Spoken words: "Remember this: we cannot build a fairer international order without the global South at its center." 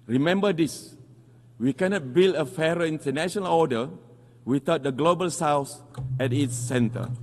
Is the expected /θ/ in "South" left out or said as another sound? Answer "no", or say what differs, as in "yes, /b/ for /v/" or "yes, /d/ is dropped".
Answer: yes, /s/ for /θ/